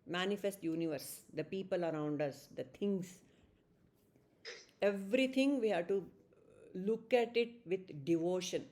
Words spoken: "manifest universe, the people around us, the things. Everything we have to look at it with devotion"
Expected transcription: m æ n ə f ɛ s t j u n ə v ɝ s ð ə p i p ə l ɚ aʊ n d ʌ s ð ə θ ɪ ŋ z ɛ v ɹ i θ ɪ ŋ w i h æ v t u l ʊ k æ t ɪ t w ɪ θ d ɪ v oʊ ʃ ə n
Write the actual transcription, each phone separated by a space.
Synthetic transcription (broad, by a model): m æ n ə f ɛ s t j u n ə v ɝ s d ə p i p ə l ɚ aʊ n d ʌ s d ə t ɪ ŋ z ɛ v ɹ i t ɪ ŋ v i h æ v t u l ʊ k æ t ɪ t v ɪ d d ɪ v oʊ ʃ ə n